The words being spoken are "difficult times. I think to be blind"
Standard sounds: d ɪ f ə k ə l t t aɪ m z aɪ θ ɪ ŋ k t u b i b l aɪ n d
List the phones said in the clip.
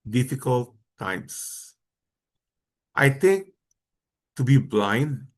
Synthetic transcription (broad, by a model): d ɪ f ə k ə l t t aɪ m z aɪ t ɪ ŋ k t u b i b l aɪ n d